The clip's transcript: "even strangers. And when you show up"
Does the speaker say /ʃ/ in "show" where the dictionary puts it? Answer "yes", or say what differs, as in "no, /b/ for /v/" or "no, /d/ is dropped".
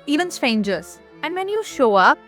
yes